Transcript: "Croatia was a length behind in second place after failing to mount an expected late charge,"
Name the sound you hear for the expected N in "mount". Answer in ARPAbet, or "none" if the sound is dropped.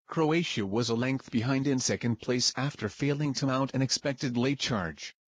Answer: none